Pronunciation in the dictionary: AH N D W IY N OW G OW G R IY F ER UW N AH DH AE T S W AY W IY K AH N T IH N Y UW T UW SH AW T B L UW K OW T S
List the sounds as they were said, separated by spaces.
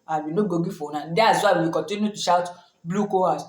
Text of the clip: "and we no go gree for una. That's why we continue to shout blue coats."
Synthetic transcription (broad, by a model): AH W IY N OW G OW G IY F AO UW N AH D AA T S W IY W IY K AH N T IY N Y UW T UW SH AW T B L UW K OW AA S